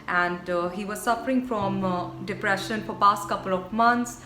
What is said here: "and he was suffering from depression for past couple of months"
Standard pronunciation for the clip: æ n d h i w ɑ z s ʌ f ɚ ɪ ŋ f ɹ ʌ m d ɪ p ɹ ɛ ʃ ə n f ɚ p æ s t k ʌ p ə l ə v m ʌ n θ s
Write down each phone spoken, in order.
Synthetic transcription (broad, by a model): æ n d h i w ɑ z s ʌ f ɚ ɪ ŋ f ɹ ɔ m d ɪ p ɹ ɛ ʃ ə n f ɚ p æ s t k ʌ p ə l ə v m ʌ n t s